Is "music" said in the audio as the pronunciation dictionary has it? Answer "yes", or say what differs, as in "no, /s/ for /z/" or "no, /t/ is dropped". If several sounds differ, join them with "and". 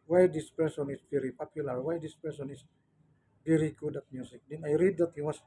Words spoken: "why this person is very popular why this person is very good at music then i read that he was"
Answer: no, /s/ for /z/